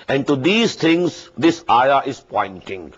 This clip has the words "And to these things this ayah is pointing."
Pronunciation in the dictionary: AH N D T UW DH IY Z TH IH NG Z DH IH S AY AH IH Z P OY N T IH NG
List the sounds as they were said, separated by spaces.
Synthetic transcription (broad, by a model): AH N T UW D IY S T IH NG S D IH S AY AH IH S P OY N T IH NG